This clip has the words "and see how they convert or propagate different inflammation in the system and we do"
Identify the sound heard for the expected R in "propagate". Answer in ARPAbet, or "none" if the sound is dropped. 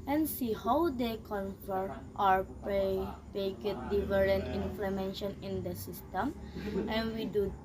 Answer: none